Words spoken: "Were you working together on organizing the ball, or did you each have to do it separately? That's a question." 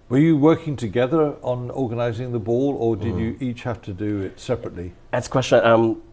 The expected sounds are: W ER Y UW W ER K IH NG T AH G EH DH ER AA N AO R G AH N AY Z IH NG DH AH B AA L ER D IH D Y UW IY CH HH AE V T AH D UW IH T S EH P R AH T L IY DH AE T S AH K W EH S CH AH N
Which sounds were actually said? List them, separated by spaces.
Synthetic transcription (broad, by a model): W ER Y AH W ER K IH NG T AH G EH DH ER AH N AO R G AH N AY Z IH NG DH AH B AA L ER D IH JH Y IY CH HH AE F T AH D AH IH T S EH P R AH T L IY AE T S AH K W EH S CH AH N